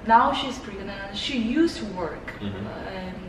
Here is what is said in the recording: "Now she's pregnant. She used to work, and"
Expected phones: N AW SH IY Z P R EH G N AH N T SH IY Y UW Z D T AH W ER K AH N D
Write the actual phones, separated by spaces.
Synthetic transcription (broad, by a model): N AW SH IY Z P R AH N SH IY Y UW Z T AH W ER K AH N